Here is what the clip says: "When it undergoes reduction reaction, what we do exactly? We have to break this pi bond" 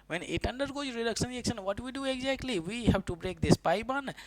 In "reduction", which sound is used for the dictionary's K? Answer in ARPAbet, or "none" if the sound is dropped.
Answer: K